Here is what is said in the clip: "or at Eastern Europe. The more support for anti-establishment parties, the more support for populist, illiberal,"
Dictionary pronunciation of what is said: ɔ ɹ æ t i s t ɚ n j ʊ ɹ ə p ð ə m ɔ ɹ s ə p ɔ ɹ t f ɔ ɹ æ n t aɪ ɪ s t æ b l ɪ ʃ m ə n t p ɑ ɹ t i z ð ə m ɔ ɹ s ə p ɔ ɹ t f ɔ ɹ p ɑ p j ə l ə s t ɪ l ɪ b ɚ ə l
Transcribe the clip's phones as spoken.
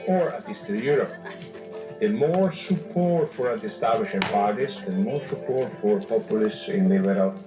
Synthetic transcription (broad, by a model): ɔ ɹ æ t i s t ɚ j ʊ ɹ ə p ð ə m ɔ ɹ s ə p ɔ ɹ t f ɔ ɹ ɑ t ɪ s t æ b l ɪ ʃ ə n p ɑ ɹ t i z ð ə m ɔ ɹ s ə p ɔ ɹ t f ɔ ɹ p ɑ p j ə l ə s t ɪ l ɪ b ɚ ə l